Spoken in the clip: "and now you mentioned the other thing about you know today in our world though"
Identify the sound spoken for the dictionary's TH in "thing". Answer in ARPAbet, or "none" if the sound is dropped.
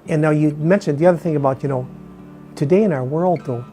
TH